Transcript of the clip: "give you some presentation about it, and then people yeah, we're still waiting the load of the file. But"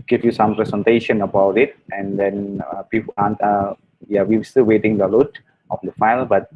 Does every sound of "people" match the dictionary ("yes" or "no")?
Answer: no